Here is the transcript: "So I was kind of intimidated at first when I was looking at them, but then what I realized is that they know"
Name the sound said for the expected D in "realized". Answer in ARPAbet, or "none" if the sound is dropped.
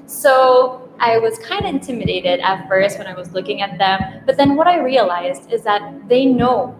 D